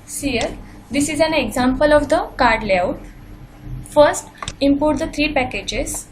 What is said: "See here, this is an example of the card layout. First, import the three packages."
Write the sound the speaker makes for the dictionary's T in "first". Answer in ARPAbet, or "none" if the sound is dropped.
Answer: T